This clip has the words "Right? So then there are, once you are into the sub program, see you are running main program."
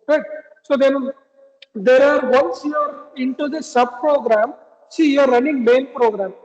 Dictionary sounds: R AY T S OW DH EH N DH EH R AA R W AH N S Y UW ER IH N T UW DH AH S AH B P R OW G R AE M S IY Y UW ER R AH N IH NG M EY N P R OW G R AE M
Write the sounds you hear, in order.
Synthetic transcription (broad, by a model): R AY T S OW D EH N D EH R AA R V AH N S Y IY ER IH N T UW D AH S AH B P R OW G R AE M S IY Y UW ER R AH N IH NG M EY N P R OW G R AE M